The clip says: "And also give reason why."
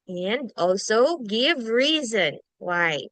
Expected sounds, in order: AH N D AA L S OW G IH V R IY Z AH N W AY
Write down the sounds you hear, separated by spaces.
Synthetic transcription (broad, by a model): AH N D AA L S OW G IH V R IY Z AH N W AY